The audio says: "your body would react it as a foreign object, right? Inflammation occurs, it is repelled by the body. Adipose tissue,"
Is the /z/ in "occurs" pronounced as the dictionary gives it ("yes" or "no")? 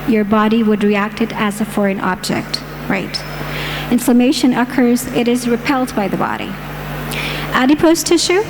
yes